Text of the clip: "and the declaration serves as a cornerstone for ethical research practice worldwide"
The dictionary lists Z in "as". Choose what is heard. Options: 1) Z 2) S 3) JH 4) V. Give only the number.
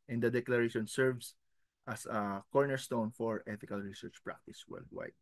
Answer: 2